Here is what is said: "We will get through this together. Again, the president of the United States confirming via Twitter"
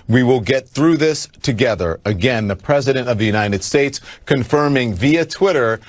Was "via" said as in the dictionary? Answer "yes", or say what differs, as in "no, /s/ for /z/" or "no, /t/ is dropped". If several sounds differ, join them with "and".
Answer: yes